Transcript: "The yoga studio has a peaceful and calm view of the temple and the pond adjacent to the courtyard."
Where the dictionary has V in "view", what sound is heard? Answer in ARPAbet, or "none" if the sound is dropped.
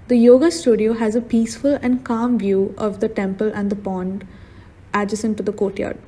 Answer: V